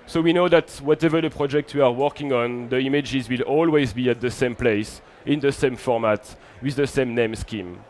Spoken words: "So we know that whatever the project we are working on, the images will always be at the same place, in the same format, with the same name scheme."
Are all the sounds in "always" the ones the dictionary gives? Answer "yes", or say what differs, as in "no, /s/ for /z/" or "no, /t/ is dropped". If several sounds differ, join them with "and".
yes